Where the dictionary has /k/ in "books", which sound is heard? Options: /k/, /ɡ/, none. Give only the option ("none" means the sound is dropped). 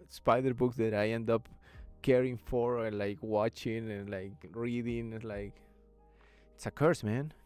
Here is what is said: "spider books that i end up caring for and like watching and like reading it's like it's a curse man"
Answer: /k/